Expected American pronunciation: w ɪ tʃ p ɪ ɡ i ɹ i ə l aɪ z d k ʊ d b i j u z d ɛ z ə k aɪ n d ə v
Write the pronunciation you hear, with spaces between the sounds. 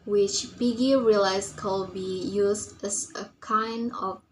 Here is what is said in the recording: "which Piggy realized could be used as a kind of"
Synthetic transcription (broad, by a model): w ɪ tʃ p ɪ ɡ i ɹ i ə l aɪ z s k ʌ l b i j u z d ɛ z ə k aɪ n d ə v